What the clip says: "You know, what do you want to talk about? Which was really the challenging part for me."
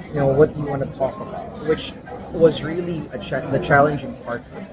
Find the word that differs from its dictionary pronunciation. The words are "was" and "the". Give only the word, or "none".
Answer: none